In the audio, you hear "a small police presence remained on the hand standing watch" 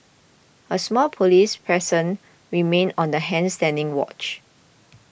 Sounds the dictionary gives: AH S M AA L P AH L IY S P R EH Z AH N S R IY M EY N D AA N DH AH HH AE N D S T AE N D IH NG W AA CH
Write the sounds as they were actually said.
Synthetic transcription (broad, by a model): AH S M AA L P AH L IY S P R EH S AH N R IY M EY N AA N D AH HH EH N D S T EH N D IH NG W AA CH